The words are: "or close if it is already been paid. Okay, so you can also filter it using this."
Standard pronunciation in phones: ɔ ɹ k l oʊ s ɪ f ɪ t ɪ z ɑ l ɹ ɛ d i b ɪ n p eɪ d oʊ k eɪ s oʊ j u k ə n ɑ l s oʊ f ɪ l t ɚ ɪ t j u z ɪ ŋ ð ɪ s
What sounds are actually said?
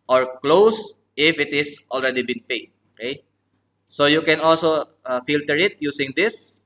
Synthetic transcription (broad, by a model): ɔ ɹ k l oʊ s ɪ f ɪ t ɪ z ɑ l ɹ ɛ d i b ɪ n p eɪ d oʊ k eɪ s oʊ j u k ə n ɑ l s oʊ f ɪ l t ɚ ɪ t j u s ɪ ŋ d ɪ s